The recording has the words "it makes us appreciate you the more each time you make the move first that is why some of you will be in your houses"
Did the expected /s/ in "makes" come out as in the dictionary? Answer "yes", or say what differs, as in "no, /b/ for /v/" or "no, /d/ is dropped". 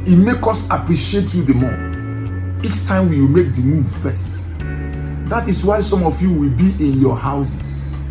no, /s/ is dropped